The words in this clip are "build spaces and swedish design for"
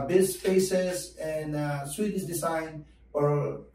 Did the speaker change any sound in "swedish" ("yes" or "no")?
yes